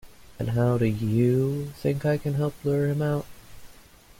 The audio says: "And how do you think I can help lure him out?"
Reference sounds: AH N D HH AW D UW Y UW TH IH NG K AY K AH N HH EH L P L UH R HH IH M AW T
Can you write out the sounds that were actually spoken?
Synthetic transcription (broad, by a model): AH N HH AW D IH Y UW TH IH NG K AY K AH N HH EH L P L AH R HH IH M AW T